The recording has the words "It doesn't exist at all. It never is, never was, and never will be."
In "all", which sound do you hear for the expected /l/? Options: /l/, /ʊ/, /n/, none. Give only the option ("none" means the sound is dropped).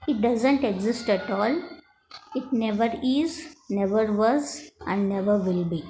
/l/